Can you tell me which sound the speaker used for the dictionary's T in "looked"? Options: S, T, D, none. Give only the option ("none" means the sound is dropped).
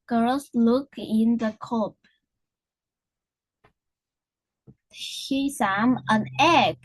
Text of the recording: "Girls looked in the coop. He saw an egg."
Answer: none